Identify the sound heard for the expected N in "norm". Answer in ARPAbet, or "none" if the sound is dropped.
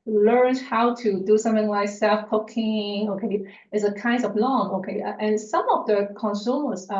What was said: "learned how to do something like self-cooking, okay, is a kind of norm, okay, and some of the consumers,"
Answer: L